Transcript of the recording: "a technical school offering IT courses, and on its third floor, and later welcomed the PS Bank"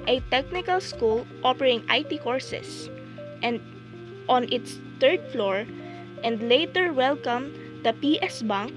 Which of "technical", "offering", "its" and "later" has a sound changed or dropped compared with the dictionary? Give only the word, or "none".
offering